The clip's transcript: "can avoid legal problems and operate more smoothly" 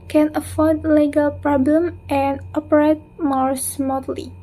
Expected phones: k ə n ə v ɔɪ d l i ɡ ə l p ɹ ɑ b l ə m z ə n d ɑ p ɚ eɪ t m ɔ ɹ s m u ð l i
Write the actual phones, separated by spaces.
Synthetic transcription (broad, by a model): k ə n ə f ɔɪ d l i ɡ ə l p ɹ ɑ b l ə m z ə n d ɑ p ɚ eɪ t m ɔ ɹ s m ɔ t l i